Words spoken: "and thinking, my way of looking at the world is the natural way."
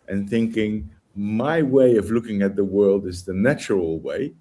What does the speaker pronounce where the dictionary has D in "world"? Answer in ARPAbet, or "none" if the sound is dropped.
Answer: D